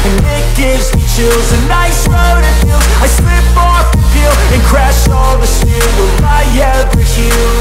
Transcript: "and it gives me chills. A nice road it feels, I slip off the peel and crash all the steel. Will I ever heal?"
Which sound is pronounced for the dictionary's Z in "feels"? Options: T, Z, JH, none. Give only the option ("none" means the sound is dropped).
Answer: none